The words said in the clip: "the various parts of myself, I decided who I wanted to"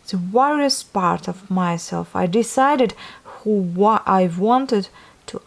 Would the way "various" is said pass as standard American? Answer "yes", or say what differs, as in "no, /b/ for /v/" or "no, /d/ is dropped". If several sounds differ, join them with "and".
no, /w/ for /v/